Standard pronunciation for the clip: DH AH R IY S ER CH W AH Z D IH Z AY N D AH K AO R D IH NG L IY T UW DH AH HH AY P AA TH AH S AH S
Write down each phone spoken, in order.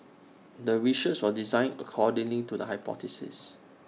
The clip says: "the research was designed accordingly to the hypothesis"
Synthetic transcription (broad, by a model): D AH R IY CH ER S W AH D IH Z AY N AH K AO D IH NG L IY T UW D AH HH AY P AA T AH S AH S